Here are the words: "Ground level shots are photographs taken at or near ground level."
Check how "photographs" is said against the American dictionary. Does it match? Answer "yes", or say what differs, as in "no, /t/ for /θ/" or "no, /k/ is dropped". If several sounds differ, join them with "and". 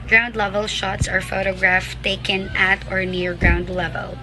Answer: no, /s/ is dropped